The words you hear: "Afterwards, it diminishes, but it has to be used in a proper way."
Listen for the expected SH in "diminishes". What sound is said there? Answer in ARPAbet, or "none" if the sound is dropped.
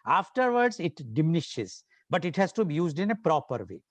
SH